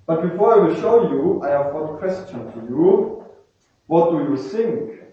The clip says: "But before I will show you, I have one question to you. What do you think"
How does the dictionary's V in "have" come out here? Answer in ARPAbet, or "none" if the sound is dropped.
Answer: V